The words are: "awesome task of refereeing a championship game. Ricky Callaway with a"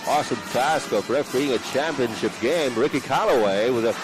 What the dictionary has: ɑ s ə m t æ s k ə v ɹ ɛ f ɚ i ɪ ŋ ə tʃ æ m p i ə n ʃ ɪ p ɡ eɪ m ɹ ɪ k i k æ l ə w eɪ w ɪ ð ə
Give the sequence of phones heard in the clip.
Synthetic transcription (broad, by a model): ɑ s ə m t æ s k ə v ɹ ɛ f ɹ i ɪ ŋ ə tʃ æ m p i ə n ʃ ɪ p ɡ eɪ m ɹ ɪ k i k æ l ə w eɪ w ɪ ð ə